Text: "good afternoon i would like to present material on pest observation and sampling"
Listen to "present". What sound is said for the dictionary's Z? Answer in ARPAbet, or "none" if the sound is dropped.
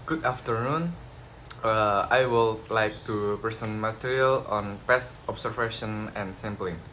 S